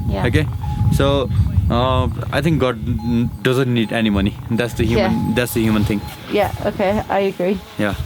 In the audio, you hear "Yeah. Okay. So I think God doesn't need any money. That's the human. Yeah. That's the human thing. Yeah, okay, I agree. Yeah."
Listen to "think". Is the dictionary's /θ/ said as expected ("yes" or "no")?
no